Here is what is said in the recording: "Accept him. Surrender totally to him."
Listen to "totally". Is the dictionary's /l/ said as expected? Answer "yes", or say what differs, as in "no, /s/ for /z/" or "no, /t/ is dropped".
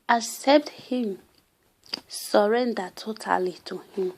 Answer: yes